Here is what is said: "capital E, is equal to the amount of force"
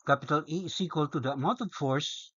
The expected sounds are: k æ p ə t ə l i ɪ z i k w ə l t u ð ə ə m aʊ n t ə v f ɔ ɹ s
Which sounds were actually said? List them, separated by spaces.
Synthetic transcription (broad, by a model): k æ p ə t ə l i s i k w ə l t u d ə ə m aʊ t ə f ɔ ɹ s